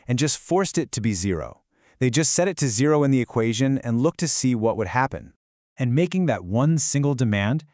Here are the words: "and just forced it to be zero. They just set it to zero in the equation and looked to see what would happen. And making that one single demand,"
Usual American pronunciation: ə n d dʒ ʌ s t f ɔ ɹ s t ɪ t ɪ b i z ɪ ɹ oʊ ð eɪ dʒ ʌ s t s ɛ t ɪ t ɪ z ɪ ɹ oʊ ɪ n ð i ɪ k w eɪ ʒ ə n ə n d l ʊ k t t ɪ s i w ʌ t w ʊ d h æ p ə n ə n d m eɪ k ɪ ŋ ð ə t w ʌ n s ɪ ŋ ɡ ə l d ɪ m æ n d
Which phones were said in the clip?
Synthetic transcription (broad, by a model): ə n dʒ ʌ s t f ɔ ɹ s t ɪ t ɪ b i z ɪ ɹ oʊ ð eɪ dʒ ʌ s t s ɛ t ɪ t ɪ z ɪ ɹ oʊ ɪ n ð i ɪ k w eɪ ʒ ə n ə n l ʊ k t t ɪ s i w ʌ t w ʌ d h æ p ə n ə n m eɪ k ɪ ŋ ð ə t w ʌ n s ɪ ŋ ɡ l d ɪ m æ n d